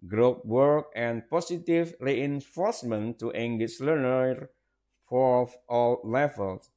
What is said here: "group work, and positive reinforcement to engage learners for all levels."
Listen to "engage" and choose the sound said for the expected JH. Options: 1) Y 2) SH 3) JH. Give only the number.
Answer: 2